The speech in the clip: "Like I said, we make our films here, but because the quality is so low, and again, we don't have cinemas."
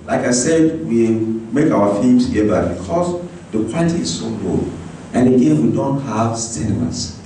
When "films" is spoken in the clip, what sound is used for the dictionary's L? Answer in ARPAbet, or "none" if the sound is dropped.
none